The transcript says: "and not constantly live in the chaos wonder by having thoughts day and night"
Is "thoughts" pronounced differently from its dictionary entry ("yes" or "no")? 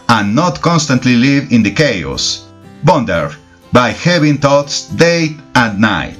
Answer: yes